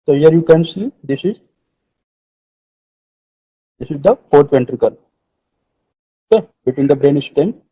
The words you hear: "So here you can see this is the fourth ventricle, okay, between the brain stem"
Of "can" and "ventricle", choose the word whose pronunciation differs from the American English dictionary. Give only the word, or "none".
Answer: none